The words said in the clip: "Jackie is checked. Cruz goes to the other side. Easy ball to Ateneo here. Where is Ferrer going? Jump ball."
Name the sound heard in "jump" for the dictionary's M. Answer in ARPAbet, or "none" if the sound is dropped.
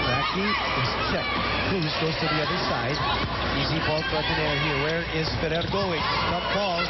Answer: none